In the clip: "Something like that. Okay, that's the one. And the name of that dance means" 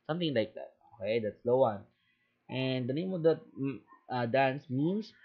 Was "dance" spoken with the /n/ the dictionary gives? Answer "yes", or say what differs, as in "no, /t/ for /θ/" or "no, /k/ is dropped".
yes